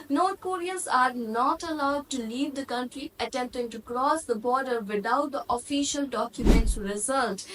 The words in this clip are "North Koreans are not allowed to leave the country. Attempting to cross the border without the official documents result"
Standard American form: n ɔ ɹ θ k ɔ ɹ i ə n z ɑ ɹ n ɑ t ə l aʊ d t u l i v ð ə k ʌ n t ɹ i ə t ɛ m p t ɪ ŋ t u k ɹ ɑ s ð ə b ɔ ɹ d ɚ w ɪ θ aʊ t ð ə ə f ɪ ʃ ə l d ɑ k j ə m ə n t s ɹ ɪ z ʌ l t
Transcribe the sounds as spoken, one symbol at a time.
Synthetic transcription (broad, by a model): n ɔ ɹ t k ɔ ɹ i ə z ɑ ɹ n ɑ t ə l aʊ d t u l i v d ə k ʌ n t ɹ i ə t ɛ m p t ɪ ŋ t u k ɹ ɑ s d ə b ɔ ɹ d ɚ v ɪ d aʊ t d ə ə f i ʃ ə l d ɑ k j ə m ə n t s ɹ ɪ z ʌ l t